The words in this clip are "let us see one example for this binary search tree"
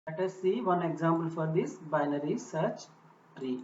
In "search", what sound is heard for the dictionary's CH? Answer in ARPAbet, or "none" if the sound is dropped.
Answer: CH